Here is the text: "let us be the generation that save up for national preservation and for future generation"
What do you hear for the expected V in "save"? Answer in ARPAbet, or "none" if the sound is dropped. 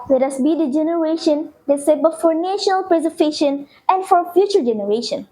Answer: P